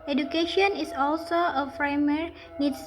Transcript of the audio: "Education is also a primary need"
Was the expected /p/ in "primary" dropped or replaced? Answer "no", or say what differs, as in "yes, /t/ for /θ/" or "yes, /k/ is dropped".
yes, /f/ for /p/